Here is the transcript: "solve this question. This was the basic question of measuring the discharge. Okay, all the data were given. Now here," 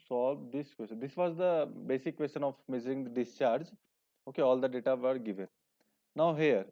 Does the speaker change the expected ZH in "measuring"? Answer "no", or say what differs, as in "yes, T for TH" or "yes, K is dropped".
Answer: yes, Z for ZH